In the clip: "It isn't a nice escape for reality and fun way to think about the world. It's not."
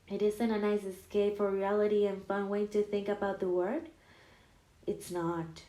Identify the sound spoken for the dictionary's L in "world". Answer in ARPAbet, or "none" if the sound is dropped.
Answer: none